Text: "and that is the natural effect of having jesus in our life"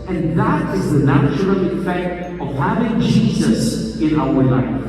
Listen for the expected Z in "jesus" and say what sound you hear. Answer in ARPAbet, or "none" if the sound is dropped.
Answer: Z